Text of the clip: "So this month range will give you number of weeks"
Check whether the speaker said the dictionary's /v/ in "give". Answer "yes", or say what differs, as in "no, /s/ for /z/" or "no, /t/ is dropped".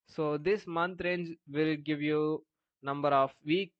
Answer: yes